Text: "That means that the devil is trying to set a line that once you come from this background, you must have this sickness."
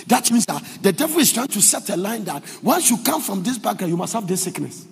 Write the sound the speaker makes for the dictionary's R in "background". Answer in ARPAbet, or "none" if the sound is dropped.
none